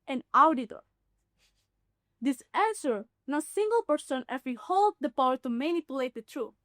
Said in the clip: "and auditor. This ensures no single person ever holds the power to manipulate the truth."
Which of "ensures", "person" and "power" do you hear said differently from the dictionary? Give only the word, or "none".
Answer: ensures